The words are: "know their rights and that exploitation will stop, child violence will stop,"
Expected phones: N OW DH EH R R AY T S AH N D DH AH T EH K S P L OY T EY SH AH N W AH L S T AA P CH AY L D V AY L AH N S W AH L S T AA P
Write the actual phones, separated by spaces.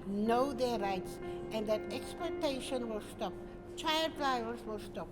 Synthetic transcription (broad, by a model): N OW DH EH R R AY T S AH N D DH AH T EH K S P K T EY SH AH N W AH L S T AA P CH AY L D F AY AH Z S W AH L S T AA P